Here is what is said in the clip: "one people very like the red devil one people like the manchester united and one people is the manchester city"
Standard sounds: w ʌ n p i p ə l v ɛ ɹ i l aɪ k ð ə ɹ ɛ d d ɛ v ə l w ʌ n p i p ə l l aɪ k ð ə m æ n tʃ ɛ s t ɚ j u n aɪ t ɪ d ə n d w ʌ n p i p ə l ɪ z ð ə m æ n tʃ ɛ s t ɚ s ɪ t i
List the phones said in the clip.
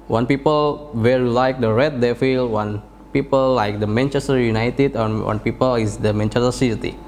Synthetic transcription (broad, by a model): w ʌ n p i p ə l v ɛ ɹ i l aɪ k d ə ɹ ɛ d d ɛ f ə l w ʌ n p i p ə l l aɪ k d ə m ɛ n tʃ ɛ s t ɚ j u n aɪ t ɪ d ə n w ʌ n p i p ə l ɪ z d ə m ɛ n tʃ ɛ s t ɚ s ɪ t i